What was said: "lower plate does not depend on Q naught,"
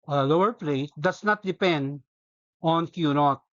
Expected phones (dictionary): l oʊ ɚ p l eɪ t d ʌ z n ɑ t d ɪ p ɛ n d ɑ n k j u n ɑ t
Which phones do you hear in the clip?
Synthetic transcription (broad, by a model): l oʊ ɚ p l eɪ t d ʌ s n ɑ t d ɪ p ɛ n d ɑ n k j u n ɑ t